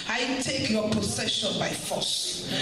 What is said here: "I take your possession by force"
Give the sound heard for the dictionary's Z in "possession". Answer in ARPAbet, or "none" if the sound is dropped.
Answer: S